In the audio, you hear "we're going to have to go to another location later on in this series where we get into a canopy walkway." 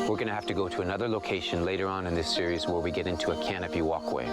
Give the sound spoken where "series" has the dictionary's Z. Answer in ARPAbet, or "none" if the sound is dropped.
Z